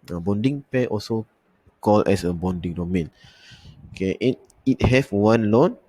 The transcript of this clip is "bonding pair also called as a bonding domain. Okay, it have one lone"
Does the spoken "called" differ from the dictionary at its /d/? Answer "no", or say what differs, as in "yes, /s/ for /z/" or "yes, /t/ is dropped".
yes, /d/ is dropped